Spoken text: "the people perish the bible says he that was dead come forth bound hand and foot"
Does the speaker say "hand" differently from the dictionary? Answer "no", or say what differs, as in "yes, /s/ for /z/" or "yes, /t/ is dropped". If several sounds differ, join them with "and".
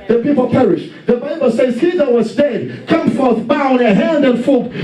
no